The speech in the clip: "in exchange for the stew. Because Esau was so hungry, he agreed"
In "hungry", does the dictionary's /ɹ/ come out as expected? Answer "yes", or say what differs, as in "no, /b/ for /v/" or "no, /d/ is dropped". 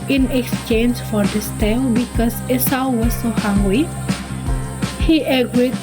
no, /ɹ/ is dropped